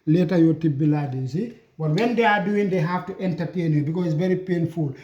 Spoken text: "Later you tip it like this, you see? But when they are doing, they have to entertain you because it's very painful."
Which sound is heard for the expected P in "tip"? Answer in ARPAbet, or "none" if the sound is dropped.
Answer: B